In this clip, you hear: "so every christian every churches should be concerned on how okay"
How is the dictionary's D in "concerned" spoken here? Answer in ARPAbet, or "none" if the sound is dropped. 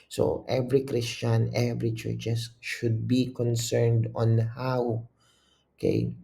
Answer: D